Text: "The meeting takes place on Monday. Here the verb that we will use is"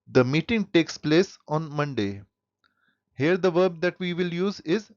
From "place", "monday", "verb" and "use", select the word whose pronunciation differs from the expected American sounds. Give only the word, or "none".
none